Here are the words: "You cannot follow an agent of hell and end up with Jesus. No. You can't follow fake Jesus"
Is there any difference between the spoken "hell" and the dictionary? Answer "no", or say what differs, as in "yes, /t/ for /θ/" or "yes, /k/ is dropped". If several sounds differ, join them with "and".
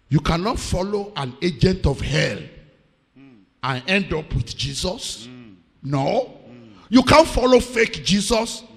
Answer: no